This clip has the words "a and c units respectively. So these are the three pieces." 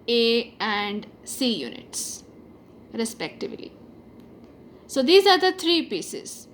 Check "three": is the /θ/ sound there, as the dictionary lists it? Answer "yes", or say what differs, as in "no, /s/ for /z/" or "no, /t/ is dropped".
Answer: no, /t/ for /θ/